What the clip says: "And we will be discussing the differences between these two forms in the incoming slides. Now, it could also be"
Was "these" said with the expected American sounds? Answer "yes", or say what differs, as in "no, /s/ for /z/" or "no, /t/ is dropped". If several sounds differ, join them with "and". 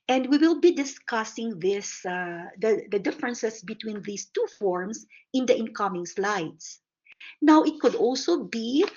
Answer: no, /s/ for /z/